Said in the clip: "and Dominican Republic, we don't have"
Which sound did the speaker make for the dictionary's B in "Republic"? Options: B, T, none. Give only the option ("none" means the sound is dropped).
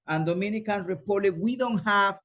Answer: none